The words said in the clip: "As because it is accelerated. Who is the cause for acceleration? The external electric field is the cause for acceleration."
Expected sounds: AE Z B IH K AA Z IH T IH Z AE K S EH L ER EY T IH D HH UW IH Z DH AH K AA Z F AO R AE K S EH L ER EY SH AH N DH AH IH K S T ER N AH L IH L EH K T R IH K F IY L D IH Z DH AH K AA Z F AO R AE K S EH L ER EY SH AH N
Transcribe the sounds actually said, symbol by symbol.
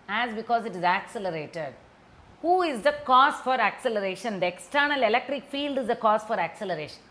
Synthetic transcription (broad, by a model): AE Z B IH K AA Z IH T IH Z AE K S EH L ER EY T IH D HH UW IH Z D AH K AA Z F AO R AE K S EH L ER EY SH AH N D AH IH K S T ER N AH L IH L EH K T R IH K F IY L D IH Z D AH K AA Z F AO R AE K S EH L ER EY SH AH N